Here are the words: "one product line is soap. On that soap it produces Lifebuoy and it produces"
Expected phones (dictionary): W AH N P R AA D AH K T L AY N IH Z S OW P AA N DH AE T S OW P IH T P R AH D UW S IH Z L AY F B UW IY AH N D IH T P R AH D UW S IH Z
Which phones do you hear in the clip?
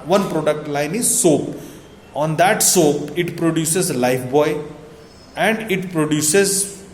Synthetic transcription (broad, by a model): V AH N P R AA D AH K T L AY N IH Z S OW P AA N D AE T S OW P IH T P R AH D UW S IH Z L AY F B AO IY AH N D IH T P R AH D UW S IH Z